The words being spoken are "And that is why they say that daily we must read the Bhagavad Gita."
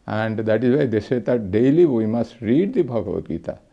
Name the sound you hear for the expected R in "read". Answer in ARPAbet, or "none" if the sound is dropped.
R